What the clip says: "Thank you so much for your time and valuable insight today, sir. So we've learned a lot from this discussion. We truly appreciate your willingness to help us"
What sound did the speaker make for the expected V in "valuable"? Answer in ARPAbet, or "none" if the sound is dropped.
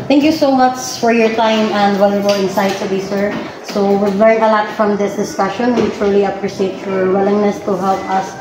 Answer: W